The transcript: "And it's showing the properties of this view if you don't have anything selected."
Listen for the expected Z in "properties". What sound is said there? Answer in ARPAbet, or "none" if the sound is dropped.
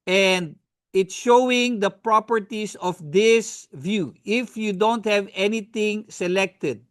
S